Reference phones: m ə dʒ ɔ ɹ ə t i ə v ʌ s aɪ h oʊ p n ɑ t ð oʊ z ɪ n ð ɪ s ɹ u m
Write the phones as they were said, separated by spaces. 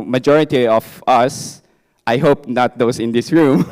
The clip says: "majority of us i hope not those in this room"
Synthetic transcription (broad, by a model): m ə dʒ ɔ ɹ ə t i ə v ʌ s aɪ h oʊ p n ɑ t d oʊ s ɪ n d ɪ s ɹ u m